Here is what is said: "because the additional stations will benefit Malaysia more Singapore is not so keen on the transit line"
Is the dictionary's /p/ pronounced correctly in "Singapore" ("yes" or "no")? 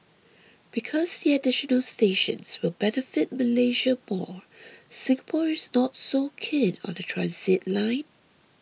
yes